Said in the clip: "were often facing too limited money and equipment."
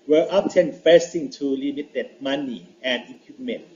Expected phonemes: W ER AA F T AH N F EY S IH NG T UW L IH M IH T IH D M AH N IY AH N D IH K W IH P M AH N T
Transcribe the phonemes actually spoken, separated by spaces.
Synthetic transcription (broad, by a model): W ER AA P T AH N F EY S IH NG T UW L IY M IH T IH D M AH N IY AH N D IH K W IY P M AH N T